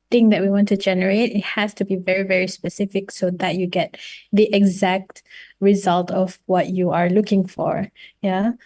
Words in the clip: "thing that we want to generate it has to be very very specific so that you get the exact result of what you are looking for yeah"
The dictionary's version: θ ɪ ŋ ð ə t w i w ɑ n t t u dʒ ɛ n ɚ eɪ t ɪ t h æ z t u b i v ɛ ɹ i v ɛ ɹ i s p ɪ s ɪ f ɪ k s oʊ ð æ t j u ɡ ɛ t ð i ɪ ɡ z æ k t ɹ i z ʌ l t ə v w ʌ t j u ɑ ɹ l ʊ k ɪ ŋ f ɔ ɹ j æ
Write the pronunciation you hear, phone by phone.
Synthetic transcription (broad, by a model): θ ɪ ŋ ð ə t w i w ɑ n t t u dʒ ɛ n ɚ eɪ t ɪ t h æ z t u b i v ɛ ɹ i v ɛ ɹ i s p ɪ s ɪ f ɪ k s oʊ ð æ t j u ɡ ɛ t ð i ɪ ɡ z æ k t ɹ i z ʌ l t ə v w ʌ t j u ɑ ɹ l ʊ k ɪ ŋ f ɔ ɹ j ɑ